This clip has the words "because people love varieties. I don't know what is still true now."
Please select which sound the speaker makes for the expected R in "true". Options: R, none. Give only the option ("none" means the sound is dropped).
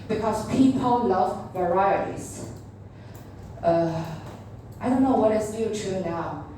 none